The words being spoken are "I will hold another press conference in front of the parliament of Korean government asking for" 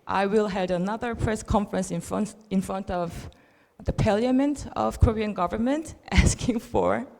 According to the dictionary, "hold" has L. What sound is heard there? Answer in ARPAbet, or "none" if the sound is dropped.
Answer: none